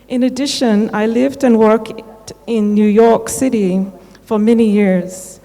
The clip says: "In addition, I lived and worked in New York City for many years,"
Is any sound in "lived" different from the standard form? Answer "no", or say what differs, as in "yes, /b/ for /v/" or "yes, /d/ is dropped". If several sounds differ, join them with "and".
no